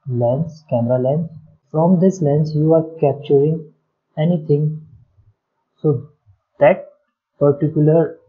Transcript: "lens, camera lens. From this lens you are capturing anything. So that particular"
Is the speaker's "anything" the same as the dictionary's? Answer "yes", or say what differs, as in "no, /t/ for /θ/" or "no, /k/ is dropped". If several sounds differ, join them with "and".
no, /t/ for /θ/